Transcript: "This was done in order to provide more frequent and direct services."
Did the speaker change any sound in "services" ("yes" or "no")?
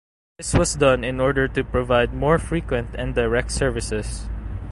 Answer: yes